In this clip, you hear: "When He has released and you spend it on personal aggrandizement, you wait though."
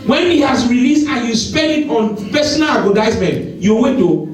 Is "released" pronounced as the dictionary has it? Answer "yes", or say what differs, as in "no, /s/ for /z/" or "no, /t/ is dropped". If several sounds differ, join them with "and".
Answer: yes